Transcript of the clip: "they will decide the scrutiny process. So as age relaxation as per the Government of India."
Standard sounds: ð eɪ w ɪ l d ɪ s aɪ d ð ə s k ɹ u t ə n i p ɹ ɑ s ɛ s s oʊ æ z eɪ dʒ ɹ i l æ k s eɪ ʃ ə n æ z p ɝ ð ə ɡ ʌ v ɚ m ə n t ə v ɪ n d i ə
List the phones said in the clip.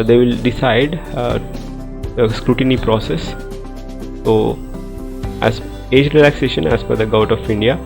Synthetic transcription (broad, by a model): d eɪ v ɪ l d ɪ s aɪ d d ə s k ɹ u t ə n i p ɹ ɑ s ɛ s s oʊ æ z eɪ dʒ ɹ i l æ k s eɪ ʃ ə n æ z f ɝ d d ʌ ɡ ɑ ə t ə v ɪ n d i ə